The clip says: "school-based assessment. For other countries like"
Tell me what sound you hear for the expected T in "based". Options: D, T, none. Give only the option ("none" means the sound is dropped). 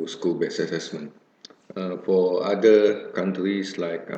none